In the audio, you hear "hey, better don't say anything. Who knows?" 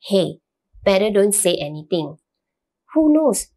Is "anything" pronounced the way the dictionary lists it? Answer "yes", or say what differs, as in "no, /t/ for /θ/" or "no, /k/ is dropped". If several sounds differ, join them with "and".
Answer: no, /t/ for /θ/